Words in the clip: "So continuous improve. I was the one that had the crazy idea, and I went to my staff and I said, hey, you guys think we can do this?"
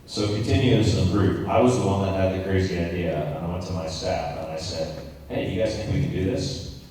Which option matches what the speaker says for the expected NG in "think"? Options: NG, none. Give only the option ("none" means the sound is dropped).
none